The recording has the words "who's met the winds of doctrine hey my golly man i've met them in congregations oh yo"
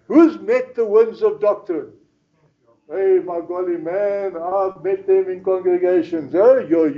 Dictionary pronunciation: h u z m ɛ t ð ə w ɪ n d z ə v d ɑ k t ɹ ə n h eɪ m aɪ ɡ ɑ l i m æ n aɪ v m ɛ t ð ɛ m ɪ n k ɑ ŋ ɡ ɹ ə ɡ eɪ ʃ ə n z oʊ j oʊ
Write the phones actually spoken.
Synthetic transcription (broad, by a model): h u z m ɛ t ð ə w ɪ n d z ə v d ɑ k t ə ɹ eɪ m aɪ ɡ ɑ l i m æ n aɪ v m ɛ t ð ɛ m ɪ n k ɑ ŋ ɡ ɹ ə ɡ eɪ ʃ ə n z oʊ j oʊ